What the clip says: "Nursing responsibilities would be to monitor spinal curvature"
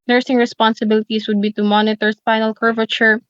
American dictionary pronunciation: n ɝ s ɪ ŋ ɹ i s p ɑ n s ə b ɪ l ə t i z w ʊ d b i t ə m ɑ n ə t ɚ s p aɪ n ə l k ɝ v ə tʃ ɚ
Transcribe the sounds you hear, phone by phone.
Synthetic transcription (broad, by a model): n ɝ s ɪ ŋ ɹ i s p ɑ n s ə b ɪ l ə t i s w ʊ d b i t ə m ɑ n ə t ɚ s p aɪ n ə l k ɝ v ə tʃ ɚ